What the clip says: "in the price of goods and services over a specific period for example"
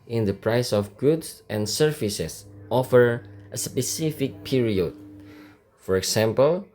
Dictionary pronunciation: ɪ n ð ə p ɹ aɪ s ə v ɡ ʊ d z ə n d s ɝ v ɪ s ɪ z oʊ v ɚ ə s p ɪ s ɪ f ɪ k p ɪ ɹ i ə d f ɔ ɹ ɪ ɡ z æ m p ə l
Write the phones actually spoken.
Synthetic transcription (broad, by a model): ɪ n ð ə p ɹ aɪ s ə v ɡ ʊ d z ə n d s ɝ f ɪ s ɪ s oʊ f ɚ ə s p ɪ s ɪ f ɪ k p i ɹ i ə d f ɔ ɹ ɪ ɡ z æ m p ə l